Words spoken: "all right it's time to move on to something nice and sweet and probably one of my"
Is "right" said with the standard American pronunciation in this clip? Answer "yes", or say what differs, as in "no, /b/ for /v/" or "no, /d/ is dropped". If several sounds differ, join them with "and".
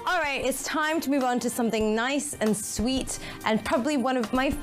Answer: yes